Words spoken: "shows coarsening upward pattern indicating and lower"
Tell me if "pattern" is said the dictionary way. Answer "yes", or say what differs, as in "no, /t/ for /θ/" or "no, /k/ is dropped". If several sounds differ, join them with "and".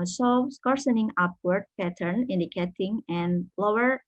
yes